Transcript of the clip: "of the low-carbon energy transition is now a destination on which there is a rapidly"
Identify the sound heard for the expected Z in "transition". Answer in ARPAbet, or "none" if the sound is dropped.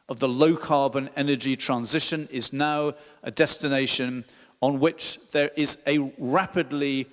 Z